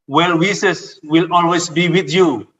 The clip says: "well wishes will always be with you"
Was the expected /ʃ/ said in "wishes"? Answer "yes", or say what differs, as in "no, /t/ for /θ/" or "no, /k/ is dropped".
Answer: no, /s/ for /ʃ/